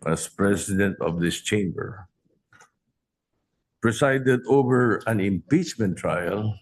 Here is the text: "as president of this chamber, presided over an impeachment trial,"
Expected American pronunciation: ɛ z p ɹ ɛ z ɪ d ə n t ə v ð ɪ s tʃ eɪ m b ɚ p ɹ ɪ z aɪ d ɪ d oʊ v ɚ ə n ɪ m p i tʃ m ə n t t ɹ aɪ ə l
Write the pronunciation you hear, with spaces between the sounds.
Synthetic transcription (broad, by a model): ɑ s p ɹ ɛ s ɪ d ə n t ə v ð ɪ s tʃ eɪ m b ɚ p ɹ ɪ s aɪ d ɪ d oʊ v ɚ ə n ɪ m p i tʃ m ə n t t ɹ aɪ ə l